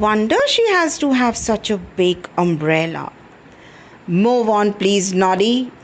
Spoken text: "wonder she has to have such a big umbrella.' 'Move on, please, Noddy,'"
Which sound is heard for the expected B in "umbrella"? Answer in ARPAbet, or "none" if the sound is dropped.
B